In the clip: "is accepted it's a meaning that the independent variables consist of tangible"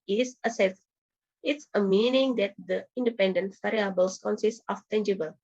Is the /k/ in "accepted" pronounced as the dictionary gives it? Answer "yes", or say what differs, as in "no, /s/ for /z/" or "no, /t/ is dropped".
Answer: no, /k/ is dropped